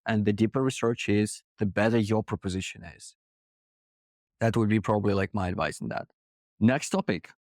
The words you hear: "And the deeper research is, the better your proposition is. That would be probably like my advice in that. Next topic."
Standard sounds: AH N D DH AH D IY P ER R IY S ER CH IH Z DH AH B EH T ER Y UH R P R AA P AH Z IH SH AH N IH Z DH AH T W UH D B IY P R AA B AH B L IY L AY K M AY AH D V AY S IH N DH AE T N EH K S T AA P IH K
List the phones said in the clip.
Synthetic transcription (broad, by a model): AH N DH AH D IY P ER R IY S ER CH IH Z DH AH B EH T ER Y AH R P R AA P AH Z IH SH AH N IH Z DH AH T W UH D B IY P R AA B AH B L IY L AY K M AY AH D V AY S N DH AE T N EH K S T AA P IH K